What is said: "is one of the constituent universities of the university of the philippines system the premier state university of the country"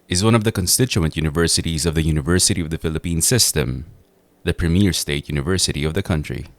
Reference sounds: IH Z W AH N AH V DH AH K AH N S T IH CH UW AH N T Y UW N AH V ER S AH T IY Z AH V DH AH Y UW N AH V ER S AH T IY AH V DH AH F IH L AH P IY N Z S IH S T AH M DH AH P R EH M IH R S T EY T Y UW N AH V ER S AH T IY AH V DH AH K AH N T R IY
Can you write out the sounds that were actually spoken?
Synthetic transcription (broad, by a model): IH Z W AH N AH V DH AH K AH N S T IH CH UW AH N T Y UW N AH V ER S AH T IY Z AH V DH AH Y UW N AH V ER S AH T IY AH V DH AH F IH L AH P IY N S IH S T AH M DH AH P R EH M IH R S T EY T Y UW N AH V ER S AH T IY AH V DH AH K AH N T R IY